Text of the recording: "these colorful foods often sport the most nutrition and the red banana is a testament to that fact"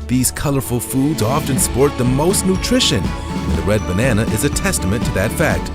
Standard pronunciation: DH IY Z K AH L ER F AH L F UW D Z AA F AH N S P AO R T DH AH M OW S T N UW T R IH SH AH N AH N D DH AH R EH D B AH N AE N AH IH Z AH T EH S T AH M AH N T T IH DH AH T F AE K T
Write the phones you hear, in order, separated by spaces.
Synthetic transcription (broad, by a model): DH IY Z K AH L ER F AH L F UW D Z AA F AH N S P AO R T DH AH M OW S T N UW T R IH SH AH N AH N DH AH R EH D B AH N AE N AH IH Z AH T EH S T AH M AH N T T IH DH AH T F AE K T